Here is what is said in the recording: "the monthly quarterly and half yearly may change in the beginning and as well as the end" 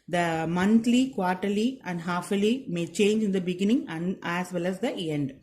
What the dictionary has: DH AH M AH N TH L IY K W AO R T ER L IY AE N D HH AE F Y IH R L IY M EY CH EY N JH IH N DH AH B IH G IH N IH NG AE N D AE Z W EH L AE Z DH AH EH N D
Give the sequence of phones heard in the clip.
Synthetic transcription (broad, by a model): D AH M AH N T L IY K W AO R T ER L IY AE N D HH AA F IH L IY M EY CH EY N JH IH N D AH B IH G IH N IH NG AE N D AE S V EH L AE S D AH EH N D